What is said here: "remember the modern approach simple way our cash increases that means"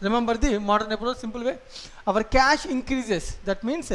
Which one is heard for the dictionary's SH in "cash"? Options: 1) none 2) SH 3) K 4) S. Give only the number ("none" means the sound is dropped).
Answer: 2